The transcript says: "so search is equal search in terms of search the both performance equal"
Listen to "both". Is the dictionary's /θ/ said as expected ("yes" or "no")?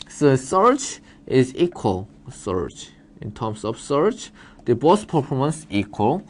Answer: no